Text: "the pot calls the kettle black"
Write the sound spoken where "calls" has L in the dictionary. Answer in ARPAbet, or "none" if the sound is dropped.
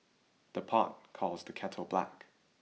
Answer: L